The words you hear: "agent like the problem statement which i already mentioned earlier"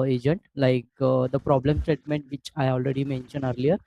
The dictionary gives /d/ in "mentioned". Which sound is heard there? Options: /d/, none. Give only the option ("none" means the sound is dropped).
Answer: none